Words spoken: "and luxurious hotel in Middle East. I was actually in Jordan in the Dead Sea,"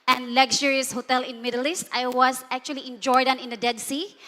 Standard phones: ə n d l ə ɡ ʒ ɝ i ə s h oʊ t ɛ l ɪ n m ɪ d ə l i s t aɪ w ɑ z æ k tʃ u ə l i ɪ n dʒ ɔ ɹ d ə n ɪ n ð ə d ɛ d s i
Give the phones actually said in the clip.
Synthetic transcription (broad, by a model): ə n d l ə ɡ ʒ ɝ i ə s h oʊ t ɛ l ɪ n m ɪ d ə l i s t aɪ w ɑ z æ k tʃ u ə l i ɪ n dʒ ɔ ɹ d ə n ɪ n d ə d ɛ d s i